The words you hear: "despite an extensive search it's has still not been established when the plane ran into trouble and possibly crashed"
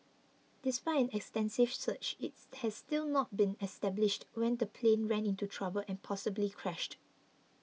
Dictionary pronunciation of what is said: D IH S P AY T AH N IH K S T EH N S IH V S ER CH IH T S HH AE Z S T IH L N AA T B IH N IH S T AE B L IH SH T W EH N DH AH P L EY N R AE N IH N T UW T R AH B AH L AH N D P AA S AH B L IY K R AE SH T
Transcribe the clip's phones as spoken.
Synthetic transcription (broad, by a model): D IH S P AY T AH N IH K S T EH N S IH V S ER CH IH T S HH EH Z S T IH L N AA T B IH N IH S T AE B L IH SH T W EH N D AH P L EY N R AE N IH N T UW T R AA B AH L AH N P AA S AH B L IY K R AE SH T